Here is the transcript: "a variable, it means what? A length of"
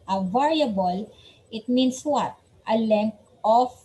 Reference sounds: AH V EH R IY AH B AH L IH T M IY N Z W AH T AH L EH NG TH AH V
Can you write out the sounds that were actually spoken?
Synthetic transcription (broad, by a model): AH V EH R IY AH B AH L IH T M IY N S W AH T AH L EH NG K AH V